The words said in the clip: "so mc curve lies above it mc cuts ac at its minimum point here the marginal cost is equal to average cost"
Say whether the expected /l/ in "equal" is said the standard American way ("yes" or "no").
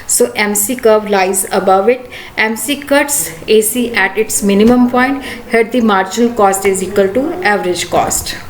yes